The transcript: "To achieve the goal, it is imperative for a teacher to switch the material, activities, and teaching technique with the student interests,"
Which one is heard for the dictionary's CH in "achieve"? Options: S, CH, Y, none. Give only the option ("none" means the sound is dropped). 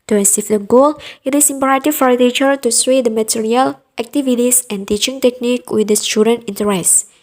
S